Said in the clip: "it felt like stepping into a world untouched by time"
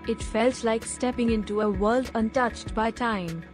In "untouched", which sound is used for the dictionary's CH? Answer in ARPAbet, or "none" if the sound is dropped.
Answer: CH